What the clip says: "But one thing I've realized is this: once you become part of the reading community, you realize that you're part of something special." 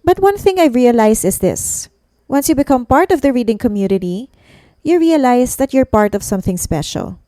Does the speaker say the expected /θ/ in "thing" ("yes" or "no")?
yes